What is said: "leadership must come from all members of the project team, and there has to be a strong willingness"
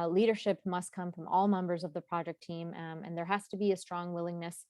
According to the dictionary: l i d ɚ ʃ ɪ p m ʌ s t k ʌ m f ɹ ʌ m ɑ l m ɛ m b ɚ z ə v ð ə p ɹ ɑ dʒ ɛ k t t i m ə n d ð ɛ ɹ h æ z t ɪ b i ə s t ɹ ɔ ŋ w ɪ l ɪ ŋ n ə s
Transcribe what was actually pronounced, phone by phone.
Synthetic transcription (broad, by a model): l i d ɚ ʃ ɪ p m ʌ s t k ʌ m f ɹ ʌ m ɑ l m ɛ m b ɚ z ə v ð ə p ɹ ɑ dʒ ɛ k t t i m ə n ð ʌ ɹ h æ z t ɪ b i ə s t ɹ ɔ ŋ w ɪ l ɪ ŋ n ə s